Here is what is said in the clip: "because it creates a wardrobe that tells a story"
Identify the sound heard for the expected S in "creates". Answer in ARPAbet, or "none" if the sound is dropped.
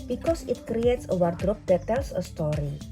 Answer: S